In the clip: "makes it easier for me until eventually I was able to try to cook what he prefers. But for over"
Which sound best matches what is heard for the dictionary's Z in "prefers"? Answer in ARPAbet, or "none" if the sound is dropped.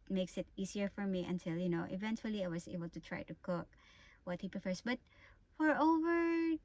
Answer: S